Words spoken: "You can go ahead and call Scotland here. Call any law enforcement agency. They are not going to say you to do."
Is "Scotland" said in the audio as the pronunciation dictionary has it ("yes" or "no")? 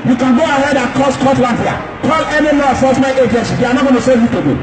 no